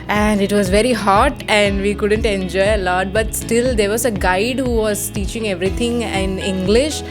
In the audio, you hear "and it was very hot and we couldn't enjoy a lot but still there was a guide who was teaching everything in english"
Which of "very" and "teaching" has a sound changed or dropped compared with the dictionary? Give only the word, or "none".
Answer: none